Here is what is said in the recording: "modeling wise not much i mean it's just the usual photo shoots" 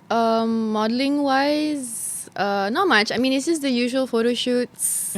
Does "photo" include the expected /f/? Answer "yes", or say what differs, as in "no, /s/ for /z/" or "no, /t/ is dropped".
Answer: yes